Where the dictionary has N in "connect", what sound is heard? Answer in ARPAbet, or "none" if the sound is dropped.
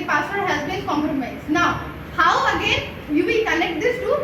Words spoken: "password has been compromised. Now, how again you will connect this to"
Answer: L